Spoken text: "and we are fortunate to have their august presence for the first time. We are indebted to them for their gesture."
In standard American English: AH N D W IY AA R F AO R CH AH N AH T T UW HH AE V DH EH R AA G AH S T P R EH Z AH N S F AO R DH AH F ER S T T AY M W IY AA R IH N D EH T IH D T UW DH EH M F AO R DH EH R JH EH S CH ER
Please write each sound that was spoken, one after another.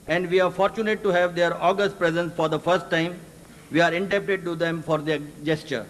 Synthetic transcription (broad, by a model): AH N D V IY AA R F AO R CH AH N AH T T UW HH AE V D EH R AA G AH S T P R EH Z AH N S F AO R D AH F ER S T T AY M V IY AA R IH N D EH T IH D T UW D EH M F AO R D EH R JH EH S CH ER